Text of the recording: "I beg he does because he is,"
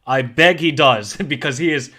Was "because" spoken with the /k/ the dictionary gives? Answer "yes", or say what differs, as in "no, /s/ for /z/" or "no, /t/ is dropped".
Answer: yes